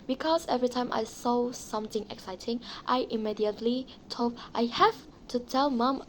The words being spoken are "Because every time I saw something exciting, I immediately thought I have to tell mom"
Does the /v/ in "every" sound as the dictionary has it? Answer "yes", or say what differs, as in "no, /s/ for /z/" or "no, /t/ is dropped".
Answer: yes